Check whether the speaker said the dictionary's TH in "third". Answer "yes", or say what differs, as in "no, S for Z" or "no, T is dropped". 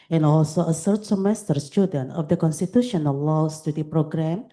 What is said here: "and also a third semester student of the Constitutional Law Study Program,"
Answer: no, S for TH